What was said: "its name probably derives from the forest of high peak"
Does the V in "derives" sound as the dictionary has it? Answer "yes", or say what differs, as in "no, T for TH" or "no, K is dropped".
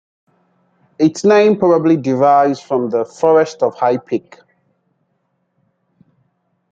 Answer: no, V is dropped